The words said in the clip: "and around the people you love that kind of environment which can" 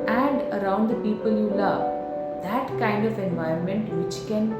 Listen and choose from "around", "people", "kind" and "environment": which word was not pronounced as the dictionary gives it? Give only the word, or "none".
environment